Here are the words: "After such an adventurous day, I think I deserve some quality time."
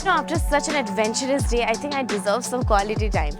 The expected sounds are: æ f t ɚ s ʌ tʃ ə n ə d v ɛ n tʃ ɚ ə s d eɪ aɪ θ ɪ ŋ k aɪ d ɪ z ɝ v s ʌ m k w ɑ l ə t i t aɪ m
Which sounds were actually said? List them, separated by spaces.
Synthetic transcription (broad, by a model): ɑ f t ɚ s ʌ tʃ ə n ə d v ɛ n tʃ ɚ ə s d eɪ aɪ t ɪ ŋ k aɪ d ɪ z ɝ v s ʌ m k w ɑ l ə t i t aɪ m